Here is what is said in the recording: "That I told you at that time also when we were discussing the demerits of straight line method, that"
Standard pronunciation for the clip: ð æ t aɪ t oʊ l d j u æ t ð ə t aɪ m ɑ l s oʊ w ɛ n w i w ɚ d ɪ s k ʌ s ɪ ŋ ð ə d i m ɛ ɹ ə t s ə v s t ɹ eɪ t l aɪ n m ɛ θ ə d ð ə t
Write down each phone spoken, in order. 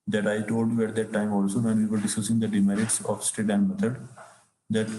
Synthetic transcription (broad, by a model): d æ t aɪ t oʊ l d j u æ t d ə t aɪ m ɑ l s oʊ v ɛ n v i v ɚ d ɪ s k ʌ s ɪ ŋ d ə d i m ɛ ɹ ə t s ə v s t eɪ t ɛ n m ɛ t ə d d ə t